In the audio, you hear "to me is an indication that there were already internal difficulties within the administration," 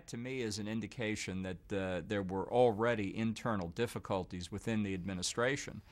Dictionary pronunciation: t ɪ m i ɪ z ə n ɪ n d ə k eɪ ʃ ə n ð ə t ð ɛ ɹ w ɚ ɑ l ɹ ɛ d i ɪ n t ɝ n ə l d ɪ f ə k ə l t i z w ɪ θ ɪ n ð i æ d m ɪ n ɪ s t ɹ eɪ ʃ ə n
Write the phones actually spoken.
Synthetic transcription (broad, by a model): t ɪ m i ɪ z ə n ɪ n d ə k eɪ ʃ ə n ð ə t ð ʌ ɹ w ɚ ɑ l ɹ ɛ d i ɪ n t ɝ n l d ɪ f ə k ə l t i z w ɪ θ ɪ n ð i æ d m ɪ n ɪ s t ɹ eɪ ʃ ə n